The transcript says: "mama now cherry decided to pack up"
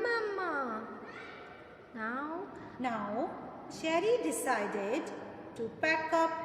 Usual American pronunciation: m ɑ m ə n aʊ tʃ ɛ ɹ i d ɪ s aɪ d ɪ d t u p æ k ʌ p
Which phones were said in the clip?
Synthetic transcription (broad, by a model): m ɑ m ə n aʊ ʃ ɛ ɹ i d ɪ s aɪ d ɪ d t u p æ k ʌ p